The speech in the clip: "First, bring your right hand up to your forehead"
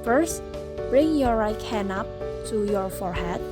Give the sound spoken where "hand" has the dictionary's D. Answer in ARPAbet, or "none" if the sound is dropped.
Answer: none